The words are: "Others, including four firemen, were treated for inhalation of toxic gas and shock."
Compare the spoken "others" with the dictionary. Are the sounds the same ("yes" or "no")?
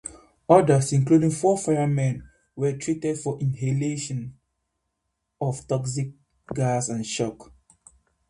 no